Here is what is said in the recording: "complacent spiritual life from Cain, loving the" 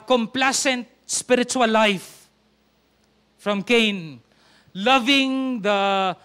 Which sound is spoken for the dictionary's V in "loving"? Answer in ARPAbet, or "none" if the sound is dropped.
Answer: V